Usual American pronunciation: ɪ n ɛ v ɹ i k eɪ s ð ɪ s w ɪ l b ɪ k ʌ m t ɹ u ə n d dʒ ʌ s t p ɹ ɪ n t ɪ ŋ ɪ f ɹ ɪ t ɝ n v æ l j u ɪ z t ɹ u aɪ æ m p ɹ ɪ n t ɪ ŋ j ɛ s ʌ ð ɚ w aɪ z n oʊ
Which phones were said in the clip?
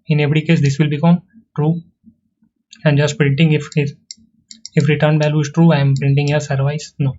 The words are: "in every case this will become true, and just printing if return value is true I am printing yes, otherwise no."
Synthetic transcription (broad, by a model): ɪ n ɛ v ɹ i k eɪ s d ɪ s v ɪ l b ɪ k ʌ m t ɹ u ə n d dʒ ʌ s t p ɹ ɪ n t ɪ ŋ ɪ f ɹ ɪ t ɝ n b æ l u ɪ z t ɹ u aɪ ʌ m p ɹ ɪ n t ɪ ŋ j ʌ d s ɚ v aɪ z n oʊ